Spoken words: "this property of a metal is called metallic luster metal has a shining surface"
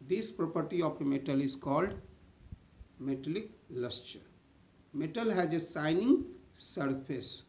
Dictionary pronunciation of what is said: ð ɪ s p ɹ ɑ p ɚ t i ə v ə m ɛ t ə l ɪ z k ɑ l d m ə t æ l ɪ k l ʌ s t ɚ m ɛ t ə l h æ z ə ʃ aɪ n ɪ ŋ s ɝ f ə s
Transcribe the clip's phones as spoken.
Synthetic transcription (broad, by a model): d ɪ s p ɹ ɑ p ɚ t i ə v ə m ɛ t ə l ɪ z k ɑ l d m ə t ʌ l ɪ k l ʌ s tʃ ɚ m ɛ t ə l h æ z ə s aɪ n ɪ ŋ s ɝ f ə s